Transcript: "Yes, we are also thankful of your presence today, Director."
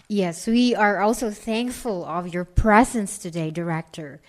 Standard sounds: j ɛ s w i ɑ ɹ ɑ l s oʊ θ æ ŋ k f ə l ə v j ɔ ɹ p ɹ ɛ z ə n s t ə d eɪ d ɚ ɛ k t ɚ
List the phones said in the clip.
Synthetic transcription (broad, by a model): j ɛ s w i ɑ ɹ ɑ l s oʊ θ æ ŋ k f ə l ə v j ɔ ɹ p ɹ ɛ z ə n s t ə d eɪ d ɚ ɛ k t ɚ